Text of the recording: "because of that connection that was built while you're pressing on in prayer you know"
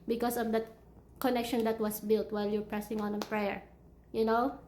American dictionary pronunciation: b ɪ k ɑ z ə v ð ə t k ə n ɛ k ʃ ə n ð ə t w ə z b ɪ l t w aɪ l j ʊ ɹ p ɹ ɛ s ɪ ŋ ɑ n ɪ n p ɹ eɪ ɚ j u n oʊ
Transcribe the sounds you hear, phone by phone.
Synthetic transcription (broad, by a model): b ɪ k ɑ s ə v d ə t k ə n ɛ k ʃ ə n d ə t w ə s b ɪ l t w aɪ l j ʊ ɹ p ɹ ɛ s ɪ ŋ ɑ n ɪ n p ɹ eɪ ɚ j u n oʊ